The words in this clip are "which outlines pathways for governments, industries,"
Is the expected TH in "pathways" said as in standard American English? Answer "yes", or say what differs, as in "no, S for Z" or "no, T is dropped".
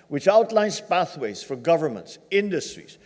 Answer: yes